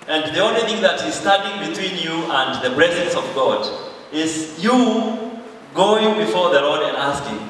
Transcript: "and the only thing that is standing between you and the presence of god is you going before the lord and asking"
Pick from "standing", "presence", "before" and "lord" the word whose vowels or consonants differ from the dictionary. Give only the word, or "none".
standing